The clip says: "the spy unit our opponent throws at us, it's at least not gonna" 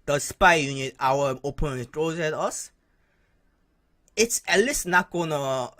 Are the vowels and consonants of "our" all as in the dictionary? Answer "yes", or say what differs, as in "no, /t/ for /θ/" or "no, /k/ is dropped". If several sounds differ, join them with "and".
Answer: no, /w/ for /ɹ/